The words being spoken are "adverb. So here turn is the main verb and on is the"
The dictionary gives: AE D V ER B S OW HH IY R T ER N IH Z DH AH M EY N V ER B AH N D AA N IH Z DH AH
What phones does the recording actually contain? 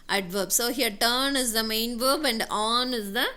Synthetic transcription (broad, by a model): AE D V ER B S OW HH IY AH T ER N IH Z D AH M EY N V ER B AH N D AA N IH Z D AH